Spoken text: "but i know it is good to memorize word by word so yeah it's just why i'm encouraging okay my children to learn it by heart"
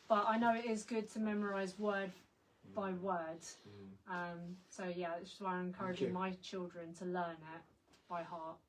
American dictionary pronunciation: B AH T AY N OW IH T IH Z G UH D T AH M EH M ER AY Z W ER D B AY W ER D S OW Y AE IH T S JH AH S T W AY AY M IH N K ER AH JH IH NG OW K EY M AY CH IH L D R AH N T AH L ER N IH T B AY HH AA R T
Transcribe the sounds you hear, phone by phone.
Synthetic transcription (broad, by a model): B AH T AY N OW IH T IH Z G UH D T AH M EH M ER AY Z W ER D B AY W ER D S OW Y AE IH T S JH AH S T W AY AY IH N K ER AH JH IH NG M AY CH IH L D R AH N T AH L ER N IH T B AY HH AA T